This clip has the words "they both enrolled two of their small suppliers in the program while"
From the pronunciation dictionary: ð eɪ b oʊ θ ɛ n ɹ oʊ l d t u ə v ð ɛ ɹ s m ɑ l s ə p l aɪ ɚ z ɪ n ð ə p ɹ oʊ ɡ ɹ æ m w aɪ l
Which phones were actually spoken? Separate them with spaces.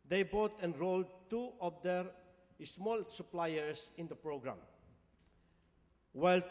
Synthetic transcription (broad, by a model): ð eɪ b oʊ t ɛ n ɹ oʊ l d t u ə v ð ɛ ɹ s m ɑ l s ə p l aɪ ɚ s ɪ n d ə p ɹ oʊ ɡ ɹ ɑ m w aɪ l